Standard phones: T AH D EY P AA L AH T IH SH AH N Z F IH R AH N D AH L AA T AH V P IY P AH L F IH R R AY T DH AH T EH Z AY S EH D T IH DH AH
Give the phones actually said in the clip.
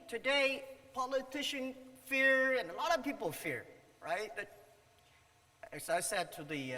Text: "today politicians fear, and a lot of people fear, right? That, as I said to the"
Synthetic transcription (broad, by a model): T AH D EY P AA L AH T IH SH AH N F IH R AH N AH L AA T AH V P IY P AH L F IH R R AY T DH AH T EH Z AY S EH D T IH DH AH